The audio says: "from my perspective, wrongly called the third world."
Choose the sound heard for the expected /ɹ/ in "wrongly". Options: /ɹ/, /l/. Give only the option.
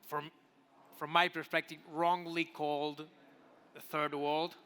/ɹ/